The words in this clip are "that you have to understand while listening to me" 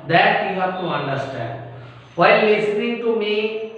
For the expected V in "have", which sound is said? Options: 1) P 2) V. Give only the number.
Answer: 1